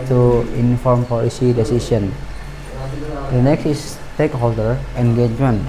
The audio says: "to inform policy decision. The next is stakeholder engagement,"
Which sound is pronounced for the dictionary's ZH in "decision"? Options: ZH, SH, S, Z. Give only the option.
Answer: S